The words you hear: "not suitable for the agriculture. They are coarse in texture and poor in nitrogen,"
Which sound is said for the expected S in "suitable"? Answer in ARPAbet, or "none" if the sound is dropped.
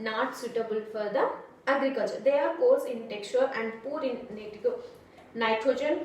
S